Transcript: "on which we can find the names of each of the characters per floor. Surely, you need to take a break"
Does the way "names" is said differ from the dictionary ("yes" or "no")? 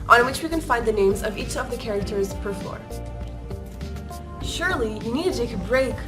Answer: no